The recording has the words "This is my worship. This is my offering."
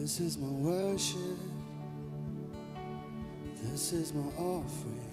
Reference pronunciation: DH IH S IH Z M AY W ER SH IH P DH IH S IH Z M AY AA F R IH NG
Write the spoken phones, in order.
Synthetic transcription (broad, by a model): IH S IH Z M AY W ER SH IH P DH IH S IH Z M AY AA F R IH